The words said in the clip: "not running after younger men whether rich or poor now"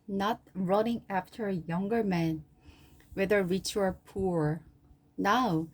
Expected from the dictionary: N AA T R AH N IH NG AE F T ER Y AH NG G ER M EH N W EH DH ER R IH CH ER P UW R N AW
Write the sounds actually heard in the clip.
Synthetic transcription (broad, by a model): N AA T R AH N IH NG AE F T ER Y AH NG G ER M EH N W EH DH ER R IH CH ER P UW R N AW